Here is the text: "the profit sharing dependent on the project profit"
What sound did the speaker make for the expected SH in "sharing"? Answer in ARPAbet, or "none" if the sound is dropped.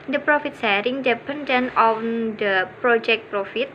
S